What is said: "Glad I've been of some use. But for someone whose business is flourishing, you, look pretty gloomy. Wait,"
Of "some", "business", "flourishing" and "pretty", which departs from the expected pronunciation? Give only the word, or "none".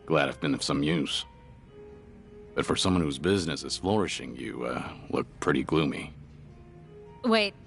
none